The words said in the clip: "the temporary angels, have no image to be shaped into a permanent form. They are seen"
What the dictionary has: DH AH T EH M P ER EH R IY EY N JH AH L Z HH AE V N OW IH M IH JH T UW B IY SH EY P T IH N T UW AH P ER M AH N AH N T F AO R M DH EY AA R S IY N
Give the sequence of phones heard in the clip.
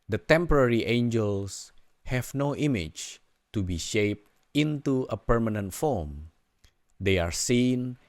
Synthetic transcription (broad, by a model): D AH T EH M P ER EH R IY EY N JH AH L S HH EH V N OW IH M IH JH T UW B IY SH EY P T IH N T UW AH P ER M AH N AH N T F AO R M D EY AA R S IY N